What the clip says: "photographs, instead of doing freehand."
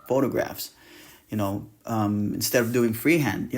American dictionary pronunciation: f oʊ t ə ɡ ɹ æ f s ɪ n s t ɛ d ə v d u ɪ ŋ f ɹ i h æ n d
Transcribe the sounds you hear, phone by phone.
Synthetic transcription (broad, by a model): f oʊ t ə ɡ ɹ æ f s ɪ n s t ɛ d ə v d u ɪ ŋ f ɹ i h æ n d